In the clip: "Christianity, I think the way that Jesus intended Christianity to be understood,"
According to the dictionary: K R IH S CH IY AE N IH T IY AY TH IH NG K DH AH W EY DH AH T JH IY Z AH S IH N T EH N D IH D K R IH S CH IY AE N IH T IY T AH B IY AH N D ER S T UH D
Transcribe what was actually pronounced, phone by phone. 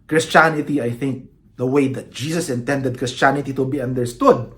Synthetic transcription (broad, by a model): K R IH S CH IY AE N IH T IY AY TH IH NG K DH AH W EY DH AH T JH IY S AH S IH N T EH N D IH D K R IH S CH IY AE N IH T IY T AH B IY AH N D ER S T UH D